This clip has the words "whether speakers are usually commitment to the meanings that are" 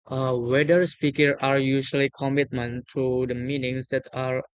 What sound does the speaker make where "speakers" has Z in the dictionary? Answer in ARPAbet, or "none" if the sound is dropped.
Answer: none